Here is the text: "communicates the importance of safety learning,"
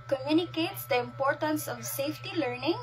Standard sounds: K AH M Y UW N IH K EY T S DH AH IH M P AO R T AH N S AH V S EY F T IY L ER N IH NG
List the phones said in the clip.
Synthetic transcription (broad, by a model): K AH M Y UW N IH K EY T S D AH IH M P AO R T AH N S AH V S EY F T IY L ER N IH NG